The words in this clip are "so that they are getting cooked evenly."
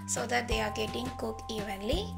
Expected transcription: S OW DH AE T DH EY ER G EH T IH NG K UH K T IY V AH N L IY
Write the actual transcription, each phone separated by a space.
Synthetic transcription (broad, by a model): S OW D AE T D EY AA G EH T IH NG K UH K IY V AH N L IY